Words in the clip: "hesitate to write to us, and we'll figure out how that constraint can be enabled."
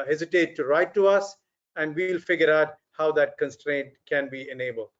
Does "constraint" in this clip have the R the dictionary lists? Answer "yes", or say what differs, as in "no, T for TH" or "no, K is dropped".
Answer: yes